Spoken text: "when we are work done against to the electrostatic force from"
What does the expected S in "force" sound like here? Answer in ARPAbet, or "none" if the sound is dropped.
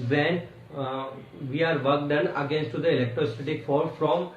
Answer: none